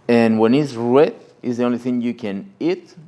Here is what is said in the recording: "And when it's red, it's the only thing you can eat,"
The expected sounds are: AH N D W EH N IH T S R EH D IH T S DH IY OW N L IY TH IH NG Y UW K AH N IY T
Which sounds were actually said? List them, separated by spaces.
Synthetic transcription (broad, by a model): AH N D W EH N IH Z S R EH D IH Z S DH IY OW N L IY TH IH NG Y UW K AH N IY T